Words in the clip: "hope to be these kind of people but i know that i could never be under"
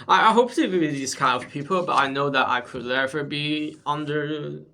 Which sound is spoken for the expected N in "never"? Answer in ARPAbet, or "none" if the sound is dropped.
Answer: L